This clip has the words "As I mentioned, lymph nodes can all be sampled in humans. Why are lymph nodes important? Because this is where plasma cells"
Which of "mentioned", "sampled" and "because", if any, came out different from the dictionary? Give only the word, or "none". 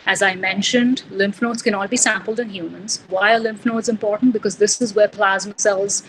none